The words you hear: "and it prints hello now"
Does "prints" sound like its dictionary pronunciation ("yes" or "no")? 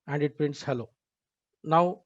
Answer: yes